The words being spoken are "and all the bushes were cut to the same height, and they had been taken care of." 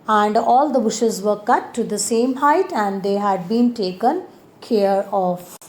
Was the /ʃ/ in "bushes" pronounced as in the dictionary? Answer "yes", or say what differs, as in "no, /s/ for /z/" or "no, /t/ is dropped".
yes